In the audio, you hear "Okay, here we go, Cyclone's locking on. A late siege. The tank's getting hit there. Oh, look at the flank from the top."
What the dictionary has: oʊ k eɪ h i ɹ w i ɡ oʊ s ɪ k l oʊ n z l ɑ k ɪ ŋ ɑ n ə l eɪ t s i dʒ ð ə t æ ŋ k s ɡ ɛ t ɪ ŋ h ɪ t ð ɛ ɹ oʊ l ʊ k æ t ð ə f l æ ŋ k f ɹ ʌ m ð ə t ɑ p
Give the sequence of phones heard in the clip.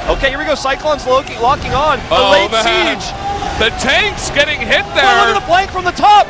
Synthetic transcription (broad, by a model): oʊ k eɪ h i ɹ w i ɡ oʊ s ɪ k l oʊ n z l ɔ k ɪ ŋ ɑ n ə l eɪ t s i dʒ ð ə t æ ŋ k s ɡ ɛ t ɪ ŋ h ɪ t ð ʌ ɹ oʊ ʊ ɪ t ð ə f l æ ŋ k f ɹ ʌ m ð ə t ɑ p